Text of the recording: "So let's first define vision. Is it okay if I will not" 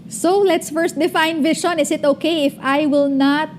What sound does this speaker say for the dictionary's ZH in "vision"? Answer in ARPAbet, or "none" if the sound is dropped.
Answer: SH